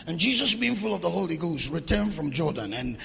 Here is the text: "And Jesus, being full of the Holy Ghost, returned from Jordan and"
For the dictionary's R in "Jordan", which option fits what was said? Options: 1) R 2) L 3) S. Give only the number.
1